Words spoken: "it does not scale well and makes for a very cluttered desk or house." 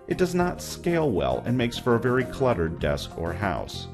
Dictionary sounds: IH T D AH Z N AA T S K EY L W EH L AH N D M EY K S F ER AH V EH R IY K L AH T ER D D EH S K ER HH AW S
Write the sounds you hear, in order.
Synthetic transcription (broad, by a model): IH T D AH Z N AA T S K EY L W EH L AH N M EY K S F ER AH V EH R IY K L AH T ER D D EH S K ER HH AW S